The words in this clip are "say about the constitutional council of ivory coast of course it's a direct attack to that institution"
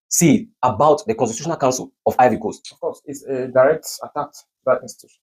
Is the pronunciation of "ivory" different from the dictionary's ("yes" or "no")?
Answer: yes